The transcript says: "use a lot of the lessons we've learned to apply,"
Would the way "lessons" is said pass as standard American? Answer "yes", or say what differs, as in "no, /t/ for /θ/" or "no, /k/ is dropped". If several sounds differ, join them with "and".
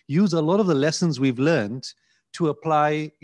yes